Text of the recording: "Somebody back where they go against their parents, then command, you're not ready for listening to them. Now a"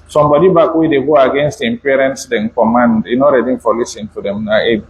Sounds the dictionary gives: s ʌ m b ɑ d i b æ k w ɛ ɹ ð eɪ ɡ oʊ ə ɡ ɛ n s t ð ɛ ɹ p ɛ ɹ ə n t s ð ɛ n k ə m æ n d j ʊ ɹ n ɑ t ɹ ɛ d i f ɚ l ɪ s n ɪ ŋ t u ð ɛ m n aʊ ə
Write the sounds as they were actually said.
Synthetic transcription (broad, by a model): s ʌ m b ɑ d i b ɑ k w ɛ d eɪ ɡ oʊ ə ɡ ɛ n s t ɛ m p ɛ ɹ ə n t s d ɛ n k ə m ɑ n d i n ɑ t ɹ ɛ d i f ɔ l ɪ s ɪ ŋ t u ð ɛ m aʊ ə